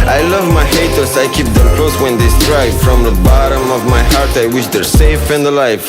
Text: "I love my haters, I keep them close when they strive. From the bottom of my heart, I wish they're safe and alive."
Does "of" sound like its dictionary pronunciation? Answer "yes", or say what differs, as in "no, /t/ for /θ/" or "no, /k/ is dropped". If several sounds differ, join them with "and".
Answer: yes